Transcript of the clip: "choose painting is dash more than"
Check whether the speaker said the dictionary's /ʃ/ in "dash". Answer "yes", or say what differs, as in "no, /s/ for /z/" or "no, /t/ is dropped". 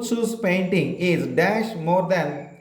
yes